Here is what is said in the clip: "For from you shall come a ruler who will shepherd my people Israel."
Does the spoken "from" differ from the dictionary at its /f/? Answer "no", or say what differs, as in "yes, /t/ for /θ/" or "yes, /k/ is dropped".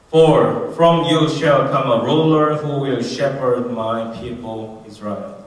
no